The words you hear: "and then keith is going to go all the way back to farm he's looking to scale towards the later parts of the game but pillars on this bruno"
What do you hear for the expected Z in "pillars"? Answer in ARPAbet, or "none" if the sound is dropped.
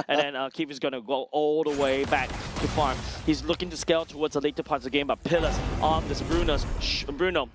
S